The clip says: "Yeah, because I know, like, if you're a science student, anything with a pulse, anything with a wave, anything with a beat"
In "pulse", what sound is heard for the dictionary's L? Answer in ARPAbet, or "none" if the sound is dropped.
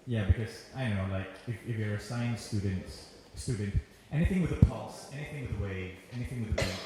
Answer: L